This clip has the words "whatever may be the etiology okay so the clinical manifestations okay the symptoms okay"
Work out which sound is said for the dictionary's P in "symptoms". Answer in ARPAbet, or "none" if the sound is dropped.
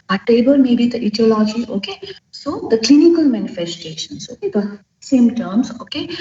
none